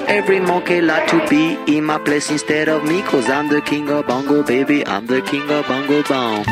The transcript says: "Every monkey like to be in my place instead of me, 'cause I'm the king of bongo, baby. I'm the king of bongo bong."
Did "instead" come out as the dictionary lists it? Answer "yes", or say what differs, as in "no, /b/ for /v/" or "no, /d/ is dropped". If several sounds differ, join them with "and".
yes